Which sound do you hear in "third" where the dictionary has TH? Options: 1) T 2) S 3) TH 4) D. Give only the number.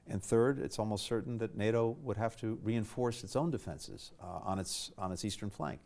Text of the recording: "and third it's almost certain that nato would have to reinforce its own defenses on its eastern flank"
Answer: 3